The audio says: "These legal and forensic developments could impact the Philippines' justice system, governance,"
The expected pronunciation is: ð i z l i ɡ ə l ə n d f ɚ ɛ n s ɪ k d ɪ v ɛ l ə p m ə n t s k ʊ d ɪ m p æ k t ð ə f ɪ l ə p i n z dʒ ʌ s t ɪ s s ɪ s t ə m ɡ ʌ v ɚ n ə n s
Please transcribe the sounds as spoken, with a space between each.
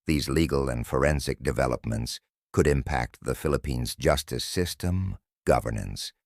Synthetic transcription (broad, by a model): ð i z l i ɡ l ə n f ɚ ɛ n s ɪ k d ɪ v ɛ l ə p m ə n t s k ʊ d ɪ m p æ k t ð ə f ɪ l ə p i n z dʒ ʌ s t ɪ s s ɪ s t ə m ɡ ʌ v ɚ n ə n s